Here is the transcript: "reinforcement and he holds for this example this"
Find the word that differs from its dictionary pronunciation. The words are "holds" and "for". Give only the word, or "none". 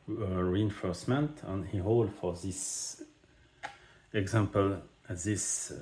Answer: holds